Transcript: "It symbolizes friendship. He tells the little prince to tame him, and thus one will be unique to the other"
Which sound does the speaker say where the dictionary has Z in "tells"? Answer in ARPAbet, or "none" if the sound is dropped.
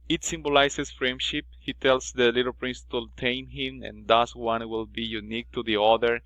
S